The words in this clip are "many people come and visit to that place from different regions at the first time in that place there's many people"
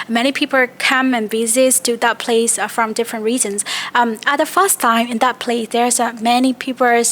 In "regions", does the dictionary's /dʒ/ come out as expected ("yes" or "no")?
no